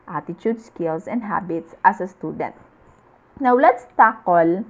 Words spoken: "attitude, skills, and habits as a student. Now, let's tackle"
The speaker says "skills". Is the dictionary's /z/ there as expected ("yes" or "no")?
no